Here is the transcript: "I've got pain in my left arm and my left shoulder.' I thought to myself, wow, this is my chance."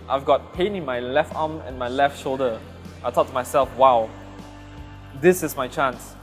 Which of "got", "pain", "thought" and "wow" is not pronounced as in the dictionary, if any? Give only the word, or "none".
thought